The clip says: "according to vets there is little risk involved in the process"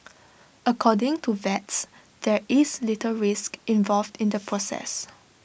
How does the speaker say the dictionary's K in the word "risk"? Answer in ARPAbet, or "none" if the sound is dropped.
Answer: K